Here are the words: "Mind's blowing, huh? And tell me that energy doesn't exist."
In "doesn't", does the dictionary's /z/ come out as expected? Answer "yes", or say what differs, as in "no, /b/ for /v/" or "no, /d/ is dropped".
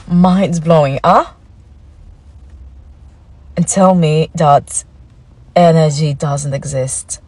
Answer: yes